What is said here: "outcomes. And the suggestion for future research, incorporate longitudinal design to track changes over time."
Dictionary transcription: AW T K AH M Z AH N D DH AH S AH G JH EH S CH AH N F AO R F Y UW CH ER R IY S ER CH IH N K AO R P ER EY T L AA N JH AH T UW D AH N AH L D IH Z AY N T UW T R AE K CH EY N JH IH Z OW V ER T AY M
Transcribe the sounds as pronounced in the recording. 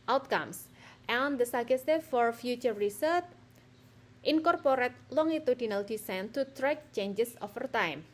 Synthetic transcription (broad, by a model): AW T K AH M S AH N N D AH S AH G EH S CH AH F AO R F Y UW CH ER R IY S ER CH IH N K AO R P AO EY T L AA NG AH T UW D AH N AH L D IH S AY N T UW T R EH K CH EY N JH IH S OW F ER T AY M